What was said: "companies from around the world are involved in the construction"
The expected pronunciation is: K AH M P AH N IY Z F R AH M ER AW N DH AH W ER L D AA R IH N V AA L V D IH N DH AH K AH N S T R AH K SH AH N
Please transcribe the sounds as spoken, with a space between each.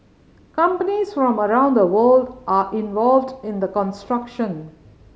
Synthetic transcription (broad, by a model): K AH M P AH N IY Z F R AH M ER AW N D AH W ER L D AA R IH N V AA L V D IH N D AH K AH N S T R AH K SH AH N